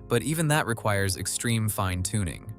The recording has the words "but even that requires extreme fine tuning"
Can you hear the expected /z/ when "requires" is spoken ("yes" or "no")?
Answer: yes